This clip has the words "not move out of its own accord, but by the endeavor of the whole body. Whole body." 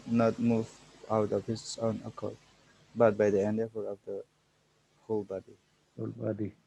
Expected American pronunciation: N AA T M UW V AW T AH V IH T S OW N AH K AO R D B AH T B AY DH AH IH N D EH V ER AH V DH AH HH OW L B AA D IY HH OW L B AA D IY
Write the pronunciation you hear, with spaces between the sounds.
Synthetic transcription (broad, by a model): N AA T M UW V AW T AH P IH S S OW N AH K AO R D B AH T B AY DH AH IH N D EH F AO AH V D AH HH OW L B AA D IY HH OW L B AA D IY